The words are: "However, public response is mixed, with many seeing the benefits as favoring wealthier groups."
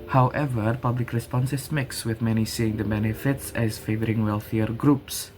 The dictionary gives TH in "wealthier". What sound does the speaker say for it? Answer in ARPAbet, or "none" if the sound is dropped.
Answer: TH